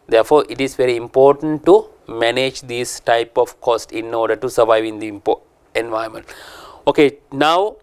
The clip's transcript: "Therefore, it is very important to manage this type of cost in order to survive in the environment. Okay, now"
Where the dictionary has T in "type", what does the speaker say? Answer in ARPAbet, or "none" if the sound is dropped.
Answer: T